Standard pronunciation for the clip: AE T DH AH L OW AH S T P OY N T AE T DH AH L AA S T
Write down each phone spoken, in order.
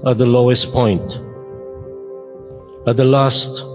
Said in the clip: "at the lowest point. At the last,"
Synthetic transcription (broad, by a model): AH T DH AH L OW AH S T P OY N T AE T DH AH L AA S T